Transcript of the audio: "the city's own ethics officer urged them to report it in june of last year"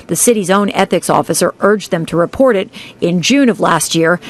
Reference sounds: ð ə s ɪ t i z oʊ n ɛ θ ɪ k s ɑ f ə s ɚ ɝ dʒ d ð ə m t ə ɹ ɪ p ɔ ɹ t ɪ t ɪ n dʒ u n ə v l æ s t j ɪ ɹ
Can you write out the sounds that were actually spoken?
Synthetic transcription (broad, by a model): ð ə s ɪ t i z oʊ n ɛ θ ɪ k s ɑ f ə s ɚ ɝ dʒ ð ə m t ə ɹ ɪ p ɔ ɹ t ɪ t ɪ n dʒ u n ə v l æ s t j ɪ ɹ